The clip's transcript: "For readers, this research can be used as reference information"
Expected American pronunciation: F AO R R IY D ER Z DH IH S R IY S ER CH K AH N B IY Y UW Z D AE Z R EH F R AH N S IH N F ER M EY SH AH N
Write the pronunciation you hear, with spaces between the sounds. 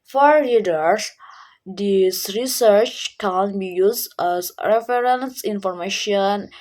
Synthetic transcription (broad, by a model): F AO R L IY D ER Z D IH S R IY S ER CH K AH N B IY Y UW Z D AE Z R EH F R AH N S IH N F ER M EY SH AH N